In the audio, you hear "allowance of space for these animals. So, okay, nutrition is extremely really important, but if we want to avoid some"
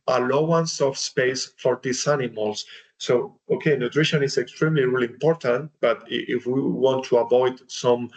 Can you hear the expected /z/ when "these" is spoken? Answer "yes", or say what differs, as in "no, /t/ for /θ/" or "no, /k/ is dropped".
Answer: no, /s/ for /z/